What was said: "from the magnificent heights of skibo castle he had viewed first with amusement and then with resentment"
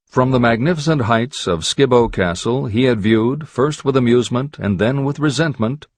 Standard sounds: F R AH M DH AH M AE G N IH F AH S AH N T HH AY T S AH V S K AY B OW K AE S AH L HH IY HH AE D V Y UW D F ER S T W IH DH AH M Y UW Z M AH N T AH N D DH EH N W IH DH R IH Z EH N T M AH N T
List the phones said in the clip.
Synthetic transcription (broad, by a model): F R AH M DH AH M AE G N IH F AH S AH N T HH AY T S AH V S K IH B OW K AE S L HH IY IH D V Y UW D F ER S T W IH DH AH M Y UW Z M AH N T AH N DH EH N W IH DH R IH Z EH N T M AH N T